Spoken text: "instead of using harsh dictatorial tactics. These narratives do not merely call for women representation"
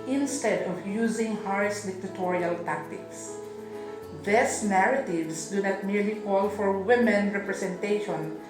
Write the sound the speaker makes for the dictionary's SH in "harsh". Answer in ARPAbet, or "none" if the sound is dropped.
S